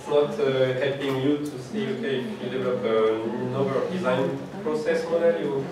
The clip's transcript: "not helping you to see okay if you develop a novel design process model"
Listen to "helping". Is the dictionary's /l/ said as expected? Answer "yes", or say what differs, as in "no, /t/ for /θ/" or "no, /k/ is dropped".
no, /l/ is dropped